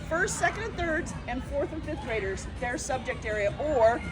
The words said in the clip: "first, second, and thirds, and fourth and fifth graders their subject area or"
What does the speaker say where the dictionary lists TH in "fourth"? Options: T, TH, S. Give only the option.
TH